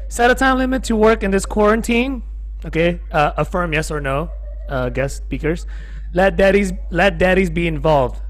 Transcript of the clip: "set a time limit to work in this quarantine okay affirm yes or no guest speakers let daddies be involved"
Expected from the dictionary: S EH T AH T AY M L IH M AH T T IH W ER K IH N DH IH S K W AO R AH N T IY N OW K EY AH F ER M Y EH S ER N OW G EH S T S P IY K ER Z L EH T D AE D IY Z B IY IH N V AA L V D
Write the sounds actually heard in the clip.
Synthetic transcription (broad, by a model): S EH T AH T AY M L IH M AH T T IH W ER K IH N DH IH S K W AO R AH N T IY N OW K EY AH F ER M Y EH S ER N OW G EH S S P IY K ER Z L EH T D AE D IY Z B IY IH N V AA L V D